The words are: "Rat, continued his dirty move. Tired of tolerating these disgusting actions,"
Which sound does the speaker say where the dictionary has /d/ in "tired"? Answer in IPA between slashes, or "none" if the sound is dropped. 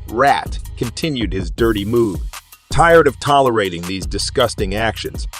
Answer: /d/